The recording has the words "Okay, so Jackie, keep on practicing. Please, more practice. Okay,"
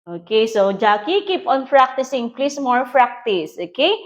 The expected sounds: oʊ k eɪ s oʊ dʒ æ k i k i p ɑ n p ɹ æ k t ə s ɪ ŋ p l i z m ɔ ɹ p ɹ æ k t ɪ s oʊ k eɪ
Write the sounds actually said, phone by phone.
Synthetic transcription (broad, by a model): oʊ k eɪ s oʊ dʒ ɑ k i k i p ɑ n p ɹ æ k t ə s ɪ ŋ p l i s m ɔ ɹ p ɹ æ k t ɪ s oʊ k eɪ